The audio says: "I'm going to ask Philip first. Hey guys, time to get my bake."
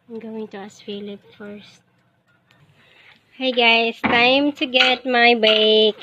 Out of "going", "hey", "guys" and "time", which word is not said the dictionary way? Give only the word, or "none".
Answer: guys